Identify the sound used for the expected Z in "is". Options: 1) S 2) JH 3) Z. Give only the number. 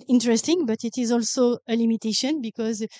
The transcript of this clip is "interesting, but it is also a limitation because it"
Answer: 3